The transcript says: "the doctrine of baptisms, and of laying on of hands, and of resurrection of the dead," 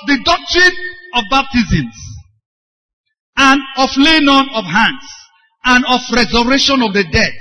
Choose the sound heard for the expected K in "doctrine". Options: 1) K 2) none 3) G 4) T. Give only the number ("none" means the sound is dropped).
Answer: 1